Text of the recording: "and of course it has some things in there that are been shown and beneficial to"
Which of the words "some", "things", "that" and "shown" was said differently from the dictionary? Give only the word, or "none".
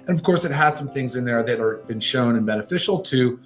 none